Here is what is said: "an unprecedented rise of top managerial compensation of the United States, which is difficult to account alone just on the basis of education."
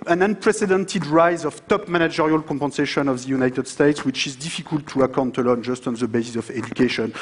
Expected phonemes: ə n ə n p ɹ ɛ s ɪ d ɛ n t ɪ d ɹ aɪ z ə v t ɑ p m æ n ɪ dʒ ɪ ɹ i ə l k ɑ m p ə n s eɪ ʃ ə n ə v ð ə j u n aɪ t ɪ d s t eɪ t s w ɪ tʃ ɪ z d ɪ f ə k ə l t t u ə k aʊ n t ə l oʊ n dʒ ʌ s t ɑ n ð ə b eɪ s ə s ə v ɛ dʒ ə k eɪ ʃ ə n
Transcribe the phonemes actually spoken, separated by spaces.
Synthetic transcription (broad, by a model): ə n ə n p ɹ ɛ s ɪ d ɛ n t ɪ d ɹ aɪ z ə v t ɑ p m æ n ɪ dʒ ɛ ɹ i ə l k ɑ m p ə n s eɪ ʃ ə n ə v ð ə j u n aɪ t ɪ d s t eɪ t s w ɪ tʃ ɪ z d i f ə k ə l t t u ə k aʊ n t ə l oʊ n dʒ ʌ s t ɑ n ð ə b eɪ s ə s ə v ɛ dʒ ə k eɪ ʃ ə n